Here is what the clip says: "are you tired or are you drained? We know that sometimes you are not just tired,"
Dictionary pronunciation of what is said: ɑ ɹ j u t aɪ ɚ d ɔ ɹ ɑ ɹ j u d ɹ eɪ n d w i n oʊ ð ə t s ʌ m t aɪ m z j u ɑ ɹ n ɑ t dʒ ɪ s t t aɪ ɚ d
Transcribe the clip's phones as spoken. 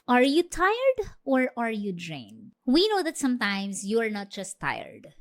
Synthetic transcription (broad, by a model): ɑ ɹ j u t aɪ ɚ d ɔ ɹ ɑ ɹ j u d ɹ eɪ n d w i n oʊ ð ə t s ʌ m t aɪ m s j u ɑ ɹ n ɑ t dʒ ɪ s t t aɪ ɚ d